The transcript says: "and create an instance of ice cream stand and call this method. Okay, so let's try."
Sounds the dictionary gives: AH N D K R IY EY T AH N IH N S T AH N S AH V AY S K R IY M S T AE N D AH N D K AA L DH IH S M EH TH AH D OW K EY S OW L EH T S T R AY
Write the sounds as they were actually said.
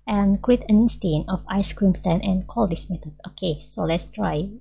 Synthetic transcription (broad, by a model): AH N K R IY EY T AH N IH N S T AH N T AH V AY S K R IY M S T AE N AH N K AA L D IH S M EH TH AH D OW K EY S OW L EH T S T R AY